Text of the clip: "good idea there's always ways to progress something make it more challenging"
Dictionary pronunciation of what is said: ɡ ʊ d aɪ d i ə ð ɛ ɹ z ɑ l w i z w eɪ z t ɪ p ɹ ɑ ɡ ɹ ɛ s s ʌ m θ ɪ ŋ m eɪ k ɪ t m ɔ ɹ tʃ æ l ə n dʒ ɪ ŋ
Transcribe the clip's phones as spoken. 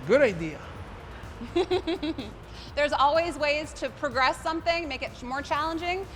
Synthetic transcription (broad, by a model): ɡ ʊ d aɪ d i ə ð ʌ ɹ z ɑ l w i z w eɪ z t ɪ p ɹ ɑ ɡ ɹ ɛ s s ʌ m θ ɪ ŋ m eɪ k ɪ t m ɔ ɹ tʃ æ l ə n dʒ ɪ ŋ